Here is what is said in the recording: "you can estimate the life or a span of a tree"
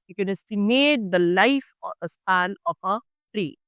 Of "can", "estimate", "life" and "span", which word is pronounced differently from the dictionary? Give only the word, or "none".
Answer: span